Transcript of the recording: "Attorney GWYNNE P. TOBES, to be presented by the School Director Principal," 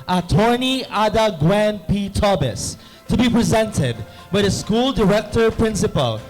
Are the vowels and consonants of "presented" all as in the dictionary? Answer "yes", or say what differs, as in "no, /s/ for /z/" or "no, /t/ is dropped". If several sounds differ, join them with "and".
yes